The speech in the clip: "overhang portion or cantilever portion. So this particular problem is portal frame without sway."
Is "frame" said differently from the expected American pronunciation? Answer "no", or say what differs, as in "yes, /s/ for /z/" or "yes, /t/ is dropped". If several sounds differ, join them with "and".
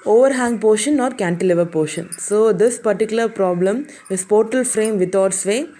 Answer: no